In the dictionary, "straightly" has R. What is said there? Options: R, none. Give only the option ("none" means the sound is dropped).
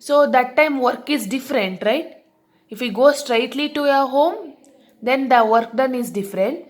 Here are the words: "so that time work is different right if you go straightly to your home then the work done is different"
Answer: R